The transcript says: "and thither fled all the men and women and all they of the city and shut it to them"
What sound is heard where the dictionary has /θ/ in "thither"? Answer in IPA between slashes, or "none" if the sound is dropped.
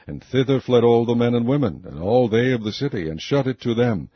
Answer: /θ/